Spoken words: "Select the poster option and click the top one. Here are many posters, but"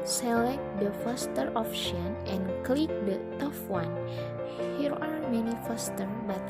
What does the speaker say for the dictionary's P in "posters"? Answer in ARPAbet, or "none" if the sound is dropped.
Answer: F